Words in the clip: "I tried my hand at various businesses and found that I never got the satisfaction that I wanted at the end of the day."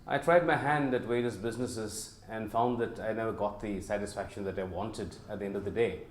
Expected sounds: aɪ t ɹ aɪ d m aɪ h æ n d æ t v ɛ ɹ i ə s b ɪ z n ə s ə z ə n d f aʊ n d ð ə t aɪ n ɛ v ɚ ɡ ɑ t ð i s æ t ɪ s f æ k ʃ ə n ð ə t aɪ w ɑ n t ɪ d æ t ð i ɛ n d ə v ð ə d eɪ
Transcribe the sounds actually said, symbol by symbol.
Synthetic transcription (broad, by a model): aɪ t ɹ aɪ d m aɪ h æ n d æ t w ɛ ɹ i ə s b ɪ z n ə s ə z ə n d f aʊ n d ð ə t aɪ n ɛ v ɚ ɡ ɑ t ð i s æ t ɪ s f æ k ʃ ə n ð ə t aɪ w ɑ n t ɪ d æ t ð i ɛ n d ə v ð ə d eɪ